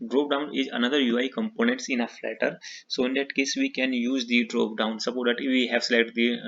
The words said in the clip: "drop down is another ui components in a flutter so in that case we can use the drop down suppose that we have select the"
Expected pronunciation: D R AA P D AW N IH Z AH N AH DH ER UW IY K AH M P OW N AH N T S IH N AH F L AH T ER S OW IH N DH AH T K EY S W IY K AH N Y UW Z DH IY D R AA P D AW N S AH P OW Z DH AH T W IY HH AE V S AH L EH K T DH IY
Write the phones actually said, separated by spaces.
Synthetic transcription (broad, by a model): D R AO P D AW N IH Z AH N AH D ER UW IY K AH M P OW N AH N T S IH N AH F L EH T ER S OW IH N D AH T K EY S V IY K AH N Y UW Z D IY D R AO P D AW N S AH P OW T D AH T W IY HH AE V S L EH T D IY